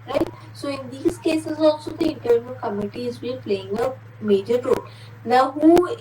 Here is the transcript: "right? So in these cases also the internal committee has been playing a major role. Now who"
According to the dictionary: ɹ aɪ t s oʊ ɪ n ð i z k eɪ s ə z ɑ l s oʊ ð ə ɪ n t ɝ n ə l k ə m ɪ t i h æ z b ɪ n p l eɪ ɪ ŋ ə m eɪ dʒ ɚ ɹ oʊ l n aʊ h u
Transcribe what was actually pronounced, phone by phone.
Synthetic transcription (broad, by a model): ɹ aɪ t s oʊ ɪ n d i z k eɪ s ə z ɑ l s oʊ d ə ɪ n t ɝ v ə k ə m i t i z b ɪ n p l eɪ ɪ ŋ ə m eɪ dʒ ɚ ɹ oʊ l n aʊ h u